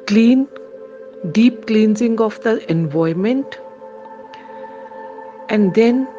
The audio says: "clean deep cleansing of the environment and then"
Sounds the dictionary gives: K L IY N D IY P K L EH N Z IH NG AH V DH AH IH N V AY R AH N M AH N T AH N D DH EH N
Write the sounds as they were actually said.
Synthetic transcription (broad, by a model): K L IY N D IY P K L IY N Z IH NG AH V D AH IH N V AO AH M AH N T AH N D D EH N